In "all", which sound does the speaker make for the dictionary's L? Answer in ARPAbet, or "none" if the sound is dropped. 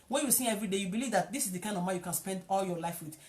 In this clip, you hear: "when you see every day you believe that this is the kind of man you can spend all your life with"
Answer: L